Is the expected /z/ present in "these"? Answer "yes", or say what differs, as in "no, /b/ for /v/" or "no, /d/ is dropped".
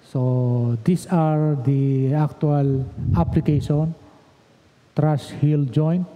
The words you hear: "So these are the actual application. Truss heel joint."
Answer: no, /s/ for /z/